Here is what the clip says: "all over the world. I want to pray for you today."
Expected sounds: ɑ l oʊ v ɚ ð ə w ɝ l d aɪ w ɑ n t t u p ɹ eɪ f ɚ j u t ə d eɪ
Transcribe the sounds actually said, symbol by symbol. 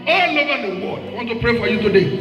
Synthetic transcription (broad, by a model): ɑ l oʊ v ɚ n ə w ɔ d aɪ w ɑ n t t u p ɹ eɪ f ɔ j u t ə d eɪ